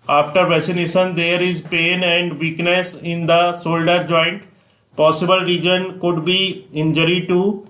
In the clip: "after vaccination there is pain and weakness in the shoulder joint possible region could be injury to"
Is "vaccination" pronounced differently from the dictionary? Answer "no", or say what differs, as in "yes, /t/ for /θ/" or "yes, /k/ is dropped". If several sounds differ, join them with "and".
yes, /k/ is dropped